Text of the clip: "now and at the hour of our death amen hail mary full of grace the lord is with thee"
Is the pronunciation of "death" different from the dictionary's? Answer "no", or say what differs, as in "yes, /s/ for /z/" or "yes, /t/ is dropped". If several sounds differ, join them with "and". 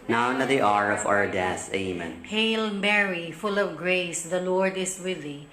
yes, /s/ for /θ/